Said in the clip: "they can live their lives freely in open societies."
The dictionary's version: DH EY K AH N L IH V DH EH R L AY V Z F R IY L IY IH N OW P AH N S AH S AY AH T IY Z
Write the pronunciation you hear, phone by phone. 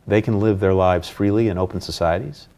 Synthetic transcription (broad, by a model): DH EY K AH N L IH V DH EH R L AY V Z F R IY L IY IH N OW P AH N S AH S AY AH T IY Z